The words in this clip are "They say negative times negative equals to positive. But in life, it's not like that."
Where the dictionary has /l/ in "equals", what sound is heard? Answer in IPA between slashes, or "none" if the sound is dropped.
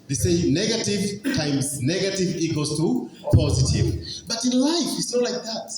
none